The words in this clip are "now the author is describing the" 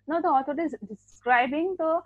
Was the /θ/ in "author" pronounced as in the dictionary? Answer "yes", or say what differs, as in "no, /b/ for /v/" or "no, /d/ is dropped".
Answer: no, /t/ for /θ/